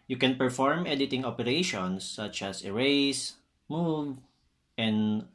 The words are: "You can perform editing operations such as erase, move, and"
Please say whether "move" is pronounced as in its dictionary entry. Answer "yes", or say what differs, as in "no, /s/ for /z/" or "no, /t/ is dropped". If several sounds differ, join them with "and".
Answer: yes